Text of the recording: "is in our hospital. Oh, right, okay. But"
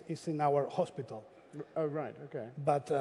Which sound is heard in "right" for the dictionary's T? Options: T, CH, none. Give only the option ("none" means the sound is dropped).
T